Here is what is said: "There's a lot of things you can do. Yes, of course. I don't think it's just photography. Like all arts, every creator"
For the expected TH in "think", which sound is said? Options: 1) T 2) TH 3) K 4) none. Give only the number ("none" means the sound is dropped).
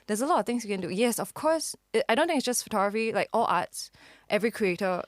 1